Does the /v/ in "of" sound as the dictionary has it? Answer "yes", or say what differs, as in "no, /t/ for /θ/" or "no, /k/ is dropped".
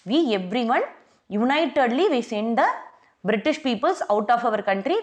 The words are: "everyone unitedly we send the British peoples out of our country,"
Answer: yes